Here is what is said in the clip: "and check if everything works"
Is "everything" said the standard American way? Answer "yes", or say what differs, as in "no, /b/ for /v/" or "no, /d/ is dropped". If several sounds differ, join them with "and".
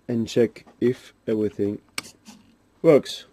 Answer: yes